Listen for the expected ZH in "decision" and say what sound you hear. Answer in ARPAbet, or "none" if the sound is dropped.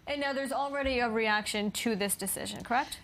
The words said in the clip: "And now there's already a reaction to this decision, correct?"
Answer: ZH